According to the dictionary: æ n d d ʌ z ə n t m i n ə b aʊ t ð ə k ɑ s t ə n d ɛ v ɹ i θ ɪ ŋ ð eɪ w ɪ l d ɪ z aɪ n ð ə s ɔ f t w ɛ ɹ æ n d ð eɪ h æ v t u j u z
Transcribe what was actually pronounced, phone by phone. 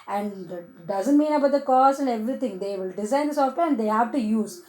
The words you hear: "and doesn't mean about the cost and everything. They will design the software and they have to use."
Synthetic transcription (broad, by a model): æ n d d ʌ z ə n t m i n ə b aʊ t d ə k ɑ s ə n d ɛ v ɹ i t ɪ ŋ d eɪ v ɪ l d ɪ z aɪ n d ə s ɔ f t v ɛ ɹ æ n d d eɪ h æ v t u j u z